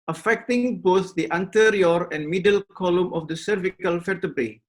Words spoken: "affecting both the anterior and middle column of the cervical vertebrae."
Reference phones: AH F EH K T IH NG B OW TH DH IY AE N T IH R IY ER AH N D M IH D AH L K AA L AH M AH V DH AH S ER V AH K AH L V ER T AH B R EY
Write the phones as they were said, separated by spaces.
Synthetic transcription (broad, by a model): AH F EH K T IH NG B OW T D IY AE N T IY R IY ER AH N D M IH D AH L K AA L AH M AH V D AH S ER V AH K AH L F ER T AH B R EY